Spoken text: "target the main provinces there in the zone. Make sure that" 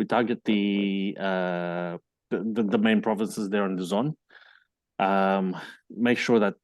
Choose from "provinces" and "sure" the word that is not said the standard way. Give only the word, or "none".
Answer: none